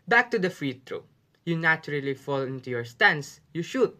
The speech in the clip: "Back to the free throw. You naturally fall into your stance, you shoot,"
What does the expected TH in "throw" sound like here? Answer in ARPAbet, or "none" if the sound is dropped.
T